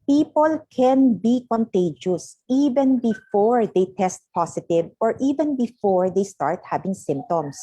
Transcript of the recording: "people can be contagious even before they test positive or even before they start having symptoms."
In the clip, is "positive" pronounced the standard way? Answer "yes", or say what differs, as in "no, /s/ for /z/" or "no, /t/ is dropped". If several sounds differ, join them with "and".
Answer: no, /s/ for /z/